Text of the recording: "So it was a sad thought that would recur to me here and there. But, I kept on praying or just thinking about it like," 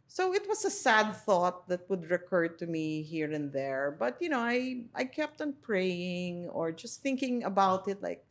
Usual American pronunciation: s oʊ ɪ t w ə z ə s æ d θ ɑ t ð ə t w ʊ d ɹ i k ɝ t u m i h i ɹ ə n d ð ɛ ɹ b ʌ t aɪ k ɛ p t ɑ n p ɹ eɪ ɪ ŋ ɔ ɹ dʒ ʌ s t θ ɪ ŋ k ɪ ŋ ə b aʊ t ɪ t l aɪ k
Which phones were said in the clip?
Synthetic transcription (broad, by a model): s oʊ ɪ t w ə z ə s æ d θ ɑ t ð ə t w ʊ d ɹ i k ɝ t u m i h i ɹ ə n ð ɛ ɹ b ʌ t aɪ k ɛ p t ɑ n p ɹ eɪ ɪ ŋ ɔ ɹ dʒ ʌ s t θ ɪ ŋ k ɪ ŋ ə b aʊ t ɪ t l aɪ k